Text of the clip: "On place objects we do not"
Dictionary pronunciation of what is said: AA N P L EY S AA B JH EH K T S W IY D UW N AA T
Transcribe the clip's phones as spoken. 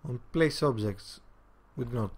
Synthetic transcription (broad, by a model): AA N P L EY S AA B JH EH K T S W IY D N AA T